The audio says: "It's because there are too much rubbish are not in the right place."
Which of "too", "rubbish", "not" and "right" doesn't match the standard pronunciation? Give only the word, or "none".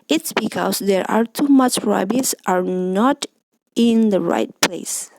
rubbish